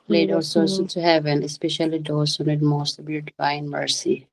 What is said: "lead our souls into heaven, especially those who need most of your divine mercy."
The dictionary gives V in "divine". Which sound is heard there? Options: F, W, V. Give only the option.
F